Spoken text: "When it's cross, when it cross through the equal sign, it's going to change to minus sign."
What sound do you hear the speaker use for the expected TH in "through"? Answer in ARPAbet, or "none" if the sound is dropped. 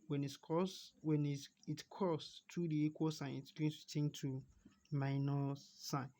T